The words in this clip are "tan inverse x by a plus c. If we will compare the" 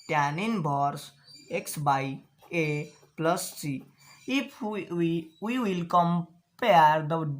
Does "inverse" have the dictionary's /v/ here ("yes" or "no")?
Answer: no